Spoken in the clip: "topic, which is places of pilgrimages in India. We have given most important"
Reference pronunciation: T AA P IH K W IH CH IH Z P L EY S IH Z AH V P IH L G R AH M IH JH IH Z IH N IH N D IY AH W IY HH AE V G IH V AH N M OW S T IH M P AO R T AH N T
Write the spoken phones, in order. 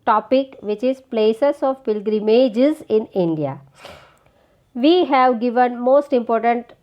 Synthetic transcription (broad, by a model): T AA P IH K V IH CH IH Z P L EY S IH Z AH V P IH L G R AH M IH JH IH Z IH N IH N D IY AH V IY HH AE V G IH V AH N M OW S T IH M P AO R T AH N T